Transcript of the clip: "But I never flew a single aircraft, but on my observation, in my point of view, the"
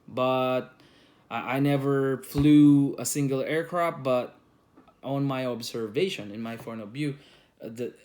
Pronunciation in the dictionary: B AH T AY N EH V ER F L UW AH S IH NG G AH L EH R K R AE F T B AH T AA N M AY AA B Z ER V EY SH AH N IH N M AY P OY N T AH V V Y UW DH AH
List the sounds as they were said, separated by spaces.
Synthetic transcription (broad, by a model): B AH T AY N EH V ER F L UW AH S IH NG G AH L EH R K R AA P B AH T AA N M AY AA B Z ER V EY SH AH N IH N M AY F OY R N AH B Y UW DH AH